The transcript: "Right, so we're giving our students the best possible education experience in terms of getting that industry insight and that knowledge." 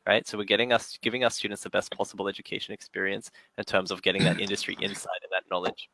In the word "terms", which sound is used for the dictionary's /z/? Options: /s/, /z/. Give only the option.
/z/